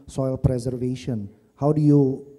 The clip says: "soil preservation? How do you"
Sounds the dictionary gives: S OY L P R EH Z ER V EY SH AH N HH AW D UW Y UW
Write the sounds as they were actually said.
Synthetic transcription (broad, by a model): S OY L P R EH Z ER V EY SH AH N HH AW D UW Y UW